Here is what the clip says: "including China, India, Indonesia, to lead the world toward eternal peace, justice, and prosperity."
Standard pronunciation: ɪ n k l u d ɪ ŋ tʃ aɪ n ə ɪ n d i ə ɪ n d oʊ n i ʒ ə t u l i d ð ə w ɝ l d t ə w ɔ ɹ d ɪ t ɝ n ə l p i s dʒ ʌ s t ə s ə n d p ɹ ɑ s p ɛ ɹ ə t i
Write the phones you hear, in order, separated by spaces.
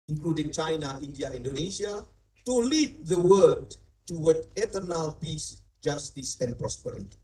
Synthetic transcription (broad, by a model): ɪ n k l u d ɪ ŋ tʃ aɪ n ə ɪ n d i ə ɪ n d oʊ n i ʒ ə t u l i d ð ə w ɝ d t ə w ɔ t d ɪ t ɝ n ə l p i s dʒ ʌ s t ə s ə n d p ɹ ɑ s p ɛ ɹ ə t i